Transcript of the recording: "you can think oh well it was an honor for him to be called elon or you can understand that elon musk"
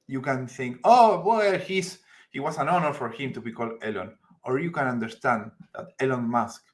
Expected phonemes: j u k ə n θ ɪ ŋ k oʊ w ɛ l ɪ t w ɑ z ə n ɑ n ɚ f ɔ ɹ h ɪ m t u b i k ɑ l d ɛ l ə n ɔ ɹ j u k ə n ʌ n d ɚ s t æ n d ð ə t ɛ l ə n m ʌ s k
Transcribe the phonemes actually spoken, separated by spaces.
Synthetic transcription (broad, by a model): j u k ə n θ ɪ ŋ k oʊ w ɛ l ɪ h w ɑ s ə n ɑ n ɚ f ɔ ɹ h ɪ m t u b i k ɑ l d ɛ l ə n ɔ ɹ j u k ə n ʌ n d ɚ s t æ n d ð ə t ɛ l ə n m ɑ s k